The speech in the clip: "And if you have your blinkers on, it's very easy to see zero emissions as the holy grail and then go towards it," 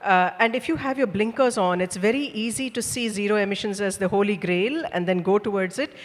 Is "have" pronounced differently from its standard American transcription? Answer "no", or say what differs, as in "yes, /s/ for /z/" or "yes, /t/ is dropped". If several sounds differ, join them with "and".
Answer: no